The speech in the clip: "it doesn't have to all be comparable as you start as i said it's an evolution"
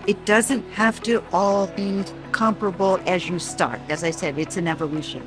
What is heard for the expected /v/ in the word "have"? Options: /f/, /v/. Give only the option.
/f/